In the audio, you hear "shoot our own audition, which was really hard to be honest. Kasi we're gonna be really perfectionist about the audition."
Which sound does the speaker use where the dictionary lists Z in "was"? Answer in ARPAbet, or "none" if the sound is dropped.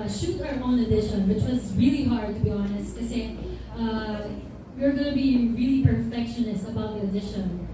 Z